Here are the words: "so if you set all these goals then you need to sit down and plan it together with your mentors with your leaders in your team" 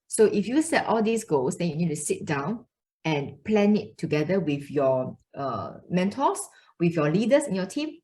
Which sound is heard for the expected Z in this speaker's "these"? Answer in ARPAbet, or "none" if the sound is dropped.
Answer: S